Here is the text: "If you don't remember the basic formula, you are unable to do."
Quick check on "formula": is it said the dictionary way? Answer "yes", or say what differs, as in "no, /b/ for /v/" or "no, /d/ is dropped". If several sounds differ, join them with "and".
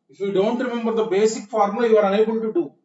no, /l/ is dropped